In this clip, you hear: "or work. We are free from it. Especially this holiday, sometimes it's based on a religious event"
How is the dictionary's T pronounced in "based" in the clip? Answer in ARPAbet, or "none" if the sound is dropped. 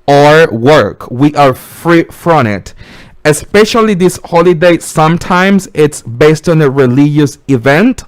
T